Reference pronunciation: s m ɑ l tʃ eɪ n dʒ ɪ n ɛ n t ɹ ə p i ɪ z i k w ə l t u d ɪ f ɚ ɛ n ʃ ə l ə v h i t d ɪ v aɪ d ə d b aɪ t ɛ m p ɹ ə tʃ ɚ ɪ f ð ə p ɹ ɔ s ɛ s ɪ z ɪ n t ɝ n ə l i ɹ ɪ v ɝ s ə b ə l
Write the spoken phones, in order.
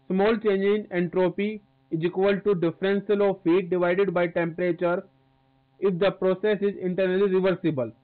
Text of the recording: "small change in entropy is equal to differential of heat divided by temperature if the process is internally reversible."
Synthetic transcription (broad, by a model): s m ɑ l tʃ eɪ n dʒ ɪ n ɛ n t ɹ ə p i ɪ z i k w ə l t u d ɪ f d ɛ n s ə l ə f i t d ɪ v aɪ d ə d b aɪ t ɛ m p ɹ ə tʃ ɚ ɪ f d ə p ɹ ɔ s ɛ s ɪ z ɪ n t ɝ n ə l i ɹ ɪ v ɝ s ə b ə l